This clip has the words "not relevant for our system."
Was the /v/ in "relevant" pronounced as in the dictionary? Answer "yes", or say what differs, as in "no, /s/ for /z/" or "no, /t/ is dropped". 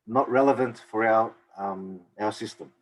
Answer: yes